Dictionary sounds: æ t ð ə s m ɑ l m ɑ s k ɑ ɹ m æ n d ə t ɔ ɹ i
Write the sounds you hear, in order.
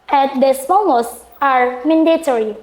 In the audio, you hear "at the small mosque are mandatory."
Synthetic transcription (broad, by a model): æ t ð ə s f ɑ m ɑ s ɑ ɹ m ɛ n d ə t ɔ ɹ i